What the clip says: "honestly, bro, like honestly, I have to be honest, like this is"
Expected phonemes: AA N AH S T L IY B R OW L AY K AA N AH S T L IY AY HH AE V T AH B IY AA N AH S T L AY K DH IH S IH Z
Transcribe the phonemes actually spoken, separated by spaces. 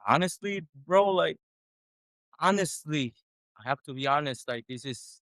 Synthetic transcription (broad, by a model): AA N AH S T L IY B R OW L AY K AA N AH S T L IY AY HH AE F T AH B IY AA N AH S T L AY K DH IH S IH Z